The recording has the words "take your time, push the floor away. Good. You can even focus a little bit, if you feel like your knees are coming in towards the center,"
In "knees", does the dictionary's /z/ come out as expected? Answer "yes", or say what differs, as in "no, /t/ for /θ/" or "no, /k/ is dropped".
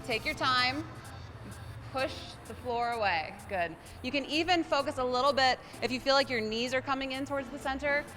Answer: yes